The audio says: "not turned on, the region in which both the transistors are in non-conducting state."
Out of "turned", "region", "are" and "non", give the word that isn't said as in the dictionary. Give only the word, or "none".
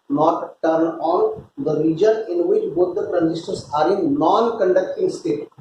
turned